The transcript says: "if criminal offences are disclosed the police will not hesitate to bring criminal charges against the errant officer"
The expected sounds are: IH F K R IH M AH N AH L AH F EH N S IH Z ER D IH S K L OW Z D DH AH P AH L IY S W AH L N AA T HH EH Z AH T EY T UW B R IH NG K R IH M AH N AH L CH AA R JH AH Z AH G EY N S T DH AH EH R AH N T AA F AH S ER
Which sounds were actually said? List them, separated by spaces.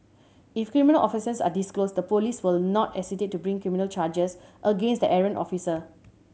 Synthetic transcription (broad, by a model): IH F K R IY M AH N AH L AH F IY S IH S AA D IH S K L OW S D AH P AH L IY S W AH L N AA T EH S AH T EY T UW B R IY NG K R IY M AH N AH L CH AA JH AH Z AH G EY N S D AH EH R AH N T AA F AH S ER